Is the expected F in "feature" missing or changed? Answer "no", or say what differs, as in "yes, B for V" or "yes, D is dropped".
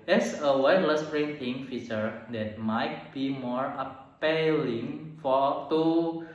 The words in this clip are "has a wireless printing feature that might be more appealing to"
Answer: no